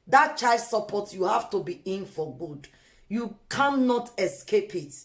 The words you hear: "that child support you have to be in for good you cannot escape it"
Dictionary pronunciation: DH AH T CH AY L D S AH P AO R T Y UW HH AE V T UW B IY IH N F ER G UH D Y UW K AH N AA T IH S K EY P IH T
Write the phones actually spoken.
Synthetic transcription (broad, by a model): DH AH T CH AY D S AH P AO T Y UW HH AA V T UW B IY IH N F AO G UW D Y UW K AH N AA T IH S K EY P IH T